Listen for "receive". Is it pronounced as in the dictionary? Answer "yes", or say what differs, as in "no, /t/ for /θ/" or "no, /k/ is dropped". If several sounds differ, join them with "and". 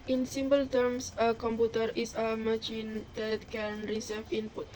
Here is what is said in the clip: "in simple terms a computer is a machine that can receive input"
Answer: no, /f/ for /v/